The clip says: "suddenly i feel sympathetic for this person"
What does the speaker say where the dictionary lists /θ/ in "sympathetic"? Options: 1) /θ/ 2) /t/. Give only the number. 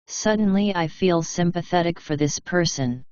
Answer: 1